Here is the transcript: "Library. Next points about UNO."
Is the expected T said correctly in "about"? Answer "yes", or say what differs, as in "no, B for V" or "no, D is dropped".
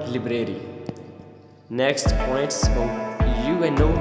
no, T is dropped